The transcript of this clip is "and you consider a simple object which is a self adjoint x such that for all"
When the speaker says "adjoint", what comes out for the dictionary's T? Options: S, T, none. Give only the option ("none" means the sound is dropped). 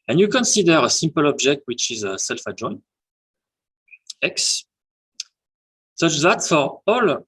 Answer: none